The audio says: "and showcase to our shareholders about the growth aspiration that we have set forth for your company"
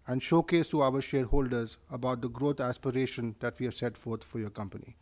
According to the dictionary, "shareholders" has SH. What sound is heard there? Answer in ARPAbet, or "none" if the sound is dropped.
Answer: SH